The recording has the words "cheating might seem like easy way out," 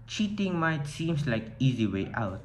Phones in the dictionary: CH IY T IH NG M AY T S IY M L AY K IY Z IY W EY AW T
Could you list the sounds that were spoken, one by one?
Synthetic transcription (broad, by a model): CH IY T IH NG M AY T S IY M L AY K IY Z IY W EY AW T